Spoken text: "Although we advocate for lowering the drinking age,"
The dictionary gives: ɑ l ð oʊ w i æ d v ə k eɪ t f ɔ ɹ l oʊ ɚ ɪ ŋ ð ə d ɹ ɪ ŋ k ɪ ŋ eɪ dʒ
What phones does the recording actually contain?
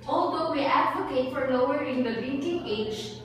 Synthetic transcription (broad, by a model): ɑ l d oʊ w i æ d v ə k eɪ t f ɔ ɹ n oʊ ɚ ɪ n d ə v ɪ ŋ k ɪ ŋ eɪ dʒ